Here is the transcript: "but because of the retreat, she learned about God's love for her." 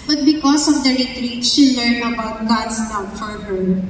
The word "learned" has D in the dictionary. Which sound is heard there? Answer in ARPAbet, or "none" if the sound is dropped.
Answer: none